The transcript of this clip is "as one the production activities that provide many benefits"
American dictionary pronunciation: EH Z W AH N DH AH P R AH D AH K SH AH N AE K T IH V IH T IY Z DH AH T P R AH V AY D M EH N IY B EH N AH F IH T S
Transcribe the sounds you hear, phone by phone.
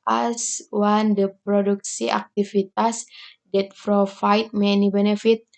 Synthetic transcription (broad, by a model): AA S W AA N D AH P R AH D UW K S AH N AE K T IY F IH T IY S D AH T F R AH F AY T M EH N IY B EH N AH F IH T